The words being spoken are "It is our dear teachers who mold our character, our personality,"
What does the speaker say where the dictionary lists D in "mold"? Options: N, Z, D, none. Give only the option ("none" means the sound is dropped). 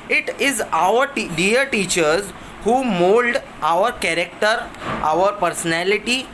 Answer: D